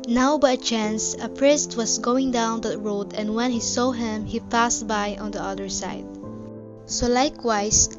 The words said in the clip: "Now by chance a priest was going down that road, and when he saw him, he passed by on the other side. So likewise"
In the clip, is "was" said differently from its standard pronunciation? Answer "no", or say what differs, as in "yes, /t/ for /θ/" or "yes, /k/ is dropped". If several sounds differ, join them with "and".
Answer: yes, /s/ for /z/